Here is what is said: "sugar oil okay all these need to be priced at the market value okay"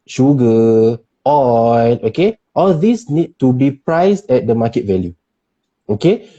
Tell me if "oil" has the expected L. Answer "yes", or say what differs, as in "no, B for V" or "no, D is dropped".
no, N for L